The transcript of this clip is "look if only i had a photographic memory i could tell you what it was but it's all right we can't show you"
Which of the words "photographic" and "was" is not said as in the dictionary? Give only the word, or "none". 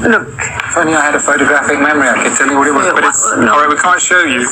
none